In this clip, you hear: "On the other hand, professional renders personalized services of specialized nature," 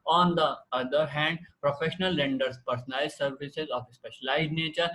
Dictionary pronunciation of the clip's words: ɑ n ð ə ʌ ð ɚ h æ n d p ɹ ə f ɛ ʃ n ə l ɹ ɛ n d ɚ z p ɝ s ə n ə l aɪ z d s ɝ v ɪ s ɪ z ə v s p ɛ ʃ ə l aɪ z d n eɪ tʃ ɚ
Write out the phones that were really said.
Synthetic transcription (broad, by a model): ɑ n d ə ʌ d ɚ h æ n d p ɹ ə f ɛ ʃ n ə l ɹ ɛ n d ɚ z p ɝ s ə n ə ɪ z s ɝ v ɪ s ɪ z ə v s p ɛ ʃ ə l aɪ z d n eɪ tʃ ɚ